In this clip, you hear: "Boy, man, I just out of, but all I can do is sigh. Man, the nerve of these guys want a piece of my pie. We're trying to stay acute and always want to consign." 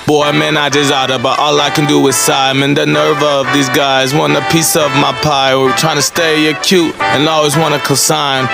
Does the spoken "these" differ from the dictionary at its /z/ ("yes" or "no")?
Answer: no